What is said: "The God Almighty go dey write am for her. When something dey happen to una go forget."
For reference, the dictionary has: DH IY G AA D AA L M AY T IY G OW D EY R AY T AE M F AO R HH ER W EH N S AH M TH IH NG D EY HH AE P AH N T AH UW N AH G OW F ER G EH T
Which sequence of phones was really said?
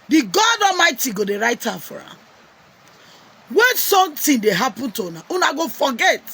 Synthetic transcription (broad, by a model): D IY G AA D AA M AY T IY G OW D EY R AY T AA F AO R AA W EH N S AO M T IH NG D EY HH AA P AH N T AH UW N AH G OW F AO G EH T